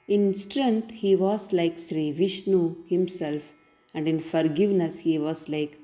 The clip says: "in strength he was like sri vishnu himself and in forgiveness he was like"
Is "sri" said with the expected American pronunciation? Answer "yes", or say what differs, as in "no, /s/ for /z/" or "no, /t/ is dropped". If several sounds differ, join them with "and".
yes